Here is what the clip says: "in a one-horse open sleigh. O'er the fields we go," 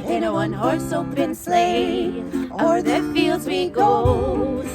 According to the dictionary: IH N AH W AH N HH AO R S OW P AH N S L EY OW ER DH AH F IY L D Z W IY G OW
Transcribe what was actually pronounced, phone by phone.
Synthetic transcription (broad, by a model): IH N AH W AH N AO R S OW B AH N S L EY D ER DH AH F IY L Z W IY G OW